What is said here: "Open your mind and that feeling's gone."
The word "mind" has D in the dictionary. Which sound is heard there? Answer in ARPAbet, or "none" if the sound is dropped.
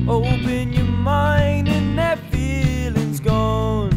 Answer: D